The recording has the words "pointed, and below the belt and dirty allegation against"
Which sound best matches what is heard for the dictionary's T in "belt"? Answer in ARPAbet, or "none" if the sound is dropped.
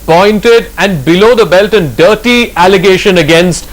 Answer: T